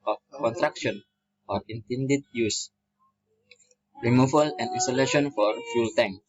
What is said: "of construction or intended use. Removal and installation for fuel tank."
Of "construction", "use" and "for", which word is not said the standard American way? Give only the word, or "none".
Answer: construction